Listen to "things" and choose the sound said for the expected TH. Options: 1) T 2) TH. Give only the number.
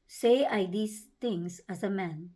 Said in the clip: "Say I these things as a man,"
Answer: 1